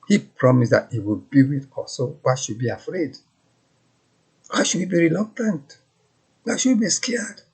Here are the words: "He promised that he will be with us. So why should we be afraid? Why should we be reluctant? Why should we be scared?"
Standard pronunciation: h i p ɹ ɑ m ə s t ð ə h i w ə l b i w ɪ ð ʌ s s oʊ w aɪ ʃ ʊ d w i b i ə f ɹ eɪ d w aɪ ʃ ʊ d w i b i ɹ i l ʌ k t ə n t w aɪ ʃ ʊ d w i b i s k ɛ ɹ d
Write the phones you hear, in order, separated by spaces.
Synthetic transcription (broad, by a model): h i p ɹ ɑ m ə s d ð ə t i w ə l b i w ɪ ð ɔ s s oʊ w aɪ ʃ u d b i ə f ɹ eɪ d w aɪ ʃ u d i b i ɹ i l ʌ k t ə n t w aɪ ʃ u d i b i s k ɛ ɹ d